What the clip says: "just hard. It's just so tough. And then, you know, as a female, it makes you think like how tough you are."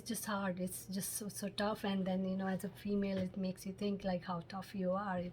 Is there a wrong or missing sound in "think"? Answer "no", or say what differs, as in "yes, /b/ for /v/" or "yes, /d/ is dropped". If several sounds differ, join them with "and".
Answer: yes, /t/ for /θ/